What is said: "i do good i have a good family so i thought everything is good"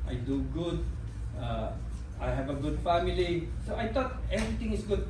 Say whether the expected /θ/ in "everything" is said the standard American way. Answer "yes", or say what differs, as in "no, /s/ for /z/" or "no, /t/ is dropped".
no, /t/ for /θ/